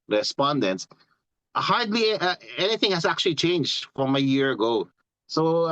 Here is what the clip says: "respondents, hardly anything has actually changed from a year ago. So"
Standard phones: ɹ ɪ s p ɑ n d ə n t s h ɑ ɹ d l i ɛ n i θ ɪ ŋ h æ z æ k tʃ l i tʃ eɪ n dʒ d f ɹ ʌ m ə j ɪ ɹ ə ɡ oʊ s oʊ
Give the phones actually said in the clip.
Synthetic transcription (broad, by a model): ɹ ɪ s p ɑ n d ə n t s h ɑ ɹ d l i ɛ n i θ ɪ ŋ h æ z æ k tʃ l i tʃ eɪ n dʒ d f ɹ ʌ m ə j ɪ ɹ ə ɡ oʊ s oʊ